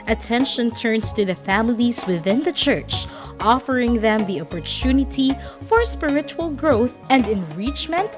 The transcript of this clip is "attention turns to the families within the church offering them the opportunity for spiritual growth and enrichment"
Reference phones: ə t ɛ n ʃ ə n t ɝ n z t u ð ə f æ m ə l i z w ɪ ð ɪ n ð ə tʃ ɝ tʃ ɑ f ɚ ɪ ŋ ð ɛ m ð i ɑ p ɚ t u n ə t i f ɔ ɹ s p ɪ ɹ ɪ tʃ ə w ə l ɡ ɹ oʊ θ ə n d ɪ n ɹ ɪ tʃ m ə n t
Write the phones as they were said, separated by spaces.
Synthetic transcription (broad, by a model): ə t ɛ n ʃ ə n t ɝ n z t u ð ə f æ m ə l i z w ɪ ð ɪ n ð ə tʃ ɝ tʃ ɑ f ɚ ɪ ŋ ð ɛ m ð i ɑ p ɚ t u n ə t i f ɔ ɹ s p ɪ ɹ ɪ tʃ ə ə l ɡ ɹ oʊ θ ə n d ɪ n ɹ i tʃ m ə n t